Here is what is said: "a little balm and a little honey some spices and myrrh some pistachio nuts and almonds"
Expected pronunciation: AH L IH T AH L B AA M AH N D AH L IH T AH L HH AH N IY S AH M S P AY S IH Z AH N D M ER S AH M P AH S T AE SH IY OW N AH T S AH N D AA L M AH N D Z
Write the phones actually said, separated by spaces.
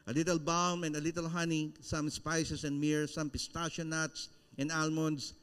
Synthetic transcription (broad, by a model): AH L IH T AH L B AA M AH N D AH L IH T AH L HH AH N IY S AH M S P AY S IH S AH N D M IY S AH M P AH S T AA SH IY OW N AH T S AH N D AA L M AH N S